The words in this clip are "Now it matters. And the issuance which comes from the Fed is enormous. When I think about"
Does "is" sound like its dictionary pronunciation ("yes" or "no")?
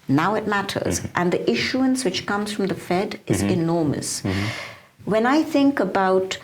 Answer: yes